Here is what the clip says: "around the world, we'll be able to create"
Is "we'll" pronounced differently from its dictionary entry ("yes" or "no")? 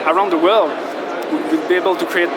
yes